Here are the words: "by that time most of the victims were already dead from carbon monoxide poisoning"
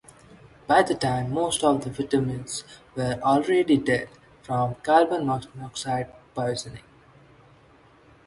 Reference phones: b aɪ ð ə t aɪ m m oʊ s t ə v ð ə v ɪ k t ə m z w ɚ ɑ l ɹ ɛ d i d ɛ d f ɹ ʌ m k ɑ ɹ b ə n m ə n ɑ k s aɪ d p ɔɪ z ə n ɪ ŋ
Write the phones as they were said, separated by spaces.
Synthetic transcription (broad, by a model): b aɪ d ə t aɪ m m oʊ s t ə v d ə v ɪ t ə m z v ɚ ɑ l ɹ ɛ d i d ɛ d f ɹ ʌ m k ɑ l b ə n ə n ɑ k s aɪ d p ɔɪ z ə n ɪ ŋ